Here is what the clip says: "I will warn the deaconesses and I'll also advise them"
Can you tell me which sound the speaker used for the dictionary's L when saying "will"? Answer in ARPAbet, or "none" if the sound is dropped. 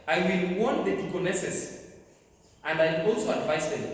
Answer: N